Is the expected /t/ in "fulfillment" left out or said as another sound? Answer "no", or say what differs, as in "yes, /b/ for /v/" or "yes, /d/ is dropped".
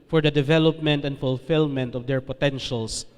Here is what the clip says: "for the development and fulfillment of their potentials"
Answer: no